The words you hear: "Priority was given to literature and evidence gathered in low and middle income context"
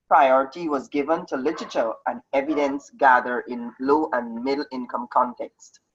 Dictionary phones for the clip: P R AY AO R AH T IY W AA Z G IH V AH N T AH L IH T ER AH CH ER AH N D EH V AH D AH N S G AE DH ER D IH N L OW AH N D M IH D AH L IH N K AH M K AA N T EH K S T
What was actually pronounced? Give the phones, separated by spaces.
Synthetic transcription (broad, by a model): P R AY AO R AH T IY W AA Z G IH V AH N T AH L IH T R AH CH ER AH N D EH V AH D AH N S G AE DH ER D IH N L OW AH N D M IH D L IH N K AH M K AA N T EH K S T